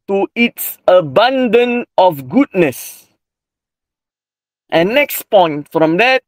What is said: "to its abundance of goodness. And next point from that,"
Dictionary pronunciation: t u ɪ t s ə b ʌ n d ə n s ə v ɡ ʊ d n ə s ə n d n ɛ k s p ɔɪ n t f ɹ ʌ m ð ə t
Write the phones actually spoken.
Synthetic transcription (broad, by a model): t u ɪ t s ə b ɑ n d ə n ə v ɡ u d n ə s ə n n ɛ k s p ɔɪ n t f ɹ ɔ m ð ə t